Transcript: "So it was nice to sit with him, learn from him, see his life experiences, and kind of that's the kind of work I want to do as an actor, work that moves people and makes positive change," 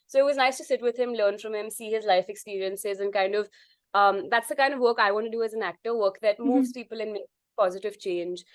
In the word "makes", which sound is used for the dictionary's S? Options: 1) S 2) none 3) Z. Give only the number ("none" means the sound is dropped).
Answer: 2